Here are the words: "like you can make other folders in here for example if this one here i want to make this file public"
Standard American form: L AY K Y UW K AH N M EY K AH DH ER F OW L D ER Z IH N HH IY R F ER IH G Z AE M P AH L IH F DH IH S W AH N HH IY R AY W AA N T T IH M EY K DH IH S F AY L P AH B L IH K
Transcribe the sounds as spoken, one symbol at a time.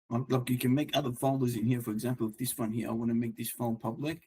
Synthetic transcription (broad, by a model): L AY K Y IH K AH N M EY K AH DH ER F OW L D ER Z IH N HH IY R F ER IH G Z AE M P L IH F DH IH S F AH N HH IY R AY W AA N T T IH M EY K DH IH S F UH N P AH B L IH K